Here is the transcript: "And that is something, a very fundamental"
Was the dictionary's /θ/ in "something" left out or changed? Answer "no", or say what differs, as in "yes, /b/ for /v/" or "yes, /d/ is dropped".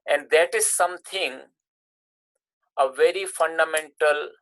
yes, /t/ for /θ/